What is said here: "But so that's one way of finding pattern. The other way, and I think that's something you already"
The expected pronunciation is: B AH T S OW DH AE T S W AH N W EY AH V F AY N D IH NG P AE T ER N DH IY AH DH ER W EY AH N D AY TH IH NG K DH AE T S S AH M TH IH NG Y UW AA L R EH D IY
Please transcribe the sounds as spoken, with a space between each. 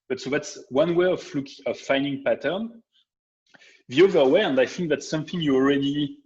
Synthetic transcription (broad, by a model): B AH T S OW DH AE T S W AH N W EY AH V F AY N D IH NG P AE T ER N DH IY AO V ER W EY AH N D AY TH IH NG K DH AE T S S AH M TH IH NG Y UW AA L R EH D IY